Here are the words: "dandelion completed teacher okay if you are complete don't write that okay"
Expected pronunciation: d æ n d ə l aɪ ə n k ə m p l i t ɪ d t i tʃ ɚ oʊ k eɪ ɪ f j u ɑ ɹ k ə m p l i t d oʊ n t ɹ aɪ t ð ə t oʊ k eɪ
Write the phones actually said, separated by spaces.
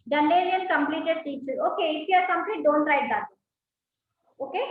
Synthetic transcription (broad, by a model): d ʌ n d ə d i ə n k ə m p l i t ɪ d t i s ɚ oʊ k eɪ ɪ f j ɑ ɹ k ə m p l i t d oʊ n t ɹ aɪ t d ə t oʊ k eɪ